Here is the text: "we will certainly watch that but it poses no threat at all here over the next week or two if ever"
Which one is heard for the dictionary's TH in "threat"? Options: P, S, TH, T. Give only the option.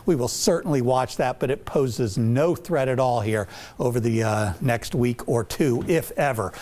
TH